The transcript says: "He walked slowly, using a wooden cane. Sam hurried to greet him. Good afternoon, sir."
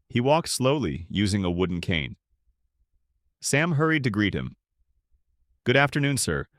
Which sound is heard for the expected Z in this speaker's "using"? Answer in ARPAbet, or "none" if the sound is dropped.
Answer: Z